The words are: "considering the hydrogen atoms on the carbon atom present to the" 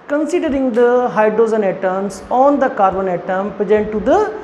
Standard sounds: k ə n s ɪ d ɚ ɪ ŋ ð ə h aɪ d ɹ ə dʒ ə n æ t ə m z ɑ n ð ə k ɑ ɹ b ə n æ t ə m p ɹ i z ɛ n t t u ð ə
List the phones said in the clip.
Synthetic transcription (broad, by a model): k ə n s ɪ d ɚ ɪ ŋ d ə h aɪ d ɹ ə z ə n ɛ t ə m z ɑ n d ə k ɑ ɹ b ə n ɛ t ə m p ɹ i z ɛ n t t u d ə